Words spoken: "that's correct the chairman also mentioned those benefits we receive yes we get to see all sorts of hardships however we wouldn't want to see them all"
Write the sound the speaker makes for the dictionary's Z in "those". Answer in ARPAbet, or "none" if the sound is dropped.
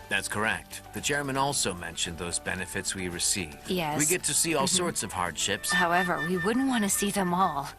Z